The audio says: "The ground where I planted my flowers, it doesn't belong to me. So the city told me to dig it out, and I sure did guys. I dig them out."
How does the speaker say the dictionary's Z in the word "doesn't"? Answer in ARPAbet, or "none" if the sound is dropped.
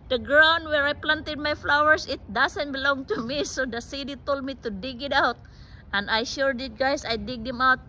S